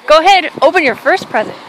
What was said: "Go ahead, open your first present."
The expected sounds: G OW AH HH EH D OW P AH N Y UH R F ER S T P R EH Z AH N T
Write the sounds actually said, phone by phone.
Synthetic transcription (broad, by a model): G OW AH HH EH D OW P AH N Y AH R F ER S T P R EH Z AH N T